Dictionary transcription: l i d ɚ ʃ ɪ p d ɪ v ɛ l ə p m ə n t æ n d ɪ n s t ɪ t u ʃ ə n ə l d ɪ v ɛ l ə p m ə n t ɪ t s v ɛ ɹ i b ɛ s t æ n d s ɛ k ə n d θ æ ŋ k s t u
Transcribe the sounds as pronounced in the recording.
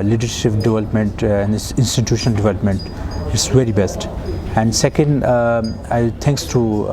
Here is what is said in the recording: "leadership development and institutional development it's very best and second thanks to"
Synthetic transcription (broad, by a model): l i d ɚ ʃ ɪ p d ɪ v ɛ l ə p m ə n t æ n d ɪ n s t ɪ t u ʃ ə n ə l d ɪ v ɛ l ə p m ə n t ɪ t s v ɛ ɹ i b ɛ s t æ n d s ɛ k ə n d t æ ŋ k s t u